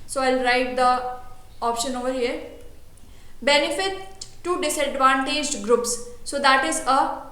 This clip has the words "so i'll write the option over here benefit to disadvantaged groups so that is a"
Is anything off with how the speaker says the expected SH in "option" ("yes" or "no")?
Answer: no